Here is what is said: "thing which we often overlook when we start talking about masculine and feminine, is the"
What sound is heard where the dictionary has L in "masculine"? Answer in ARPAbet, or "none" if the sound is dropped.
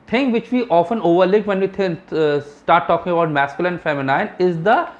none